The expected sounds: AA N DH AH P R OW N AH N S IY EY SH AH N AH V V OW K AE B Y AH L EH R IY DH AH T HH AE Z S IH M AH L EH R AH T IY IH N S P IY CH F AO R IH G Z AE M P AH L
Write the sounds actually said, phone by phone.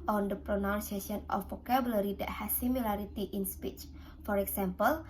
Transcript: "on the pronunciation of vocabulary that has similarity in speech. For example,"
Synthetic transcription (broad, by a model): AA N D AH P R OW N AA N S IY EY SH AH N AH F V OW K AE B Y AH L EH R IY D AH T HH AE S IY M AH L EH R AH T IY IH N S P IY CH F AO R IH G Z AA M P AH L